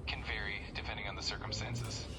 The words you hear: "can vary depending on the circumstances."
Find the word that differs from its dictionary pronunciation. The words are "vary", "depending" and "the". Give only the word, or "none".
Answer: none